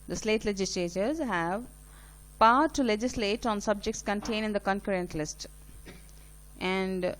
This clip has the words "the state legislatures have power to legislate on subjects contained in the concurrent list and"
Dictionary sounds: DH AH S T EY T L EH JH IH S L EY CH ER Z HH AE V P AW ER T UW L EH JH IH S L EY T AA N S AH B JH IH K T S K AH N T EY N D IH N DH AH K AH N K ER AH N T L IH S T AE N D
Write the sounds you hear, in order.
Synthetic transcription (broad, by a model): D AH S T EY T L EH JH IH S L EY CH ER Z HH AE V P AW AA T UW L EH JH IH S L EY T AA N S AH B JH IH K T S K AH N T EY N IH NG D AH K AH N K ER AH N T L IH S T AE N D